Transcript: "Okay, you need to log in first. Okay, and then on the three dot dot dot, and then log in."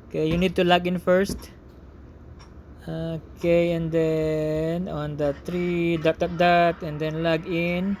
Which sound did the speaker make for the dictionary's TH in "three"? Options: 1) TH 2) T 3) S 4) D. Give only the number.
2